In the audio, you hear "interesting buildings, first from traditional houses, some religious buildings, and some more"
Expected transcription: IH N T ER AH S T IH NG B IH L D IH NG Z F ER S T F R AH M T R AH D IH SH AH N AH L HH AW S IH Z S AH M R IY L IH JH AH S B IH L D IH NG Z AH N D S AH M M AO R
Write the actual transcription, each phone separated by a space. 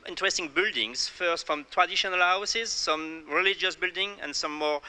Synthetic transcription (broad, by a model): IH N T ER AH S T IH NG B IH L D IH NG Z F ER S T F R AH M T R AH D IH SH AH N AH L HH AW S IH Z S AH M R IY L IH JH AH S B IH L D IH NG AH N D S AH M M AO R